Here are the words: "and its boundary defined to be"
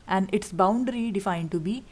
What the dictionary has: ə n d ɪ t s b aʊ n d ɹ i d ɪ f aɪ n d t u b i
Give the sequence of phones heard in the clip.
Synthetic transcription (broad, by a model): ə n d ɪ t s b aʊ n d ɹ i d ɪ f aɪ n d t u b i